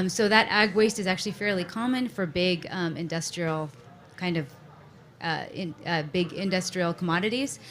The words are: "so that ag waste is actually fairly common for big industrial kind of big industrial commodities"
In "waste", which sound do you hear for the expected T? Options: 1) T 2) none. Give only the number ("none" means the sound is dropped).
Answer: 1